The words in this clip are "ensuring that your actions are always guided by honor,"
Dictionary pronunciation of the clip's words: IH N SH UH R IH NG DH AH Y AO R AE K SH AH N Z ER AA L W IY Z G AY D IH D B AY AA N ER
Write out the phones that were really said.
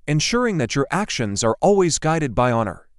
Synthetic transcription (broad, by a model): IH N SH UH R IH NG DH AH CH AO R AE K SH AH N Z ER AA L W IY Z G AY D IH D B AY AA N ER